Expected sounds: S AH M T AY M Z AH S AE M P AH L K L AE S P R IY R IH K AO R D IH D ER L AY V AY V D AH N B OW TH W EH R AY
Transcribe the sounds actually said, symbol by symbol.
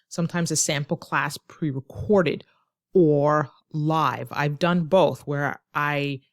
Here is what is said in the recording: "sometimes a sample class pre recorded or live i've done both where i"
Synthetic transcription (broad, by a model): S AH M T AY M Z AH S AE M P L K L AE S P R IY R IH K AO R D IH D ER L AY V AY V D AH N B OW TH W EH R AY